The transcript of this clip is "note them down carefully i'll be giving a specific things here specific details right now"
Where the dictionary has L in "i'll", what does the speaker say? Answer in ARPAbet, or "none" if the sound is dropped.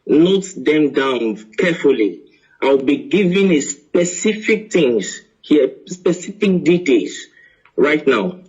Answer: W